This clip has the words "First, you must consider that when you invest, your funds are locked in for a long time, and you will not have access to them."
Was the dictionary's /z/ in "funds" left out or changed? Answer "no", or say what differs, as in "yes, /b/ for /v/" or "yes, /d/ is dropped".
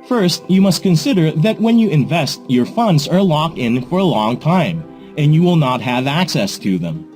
no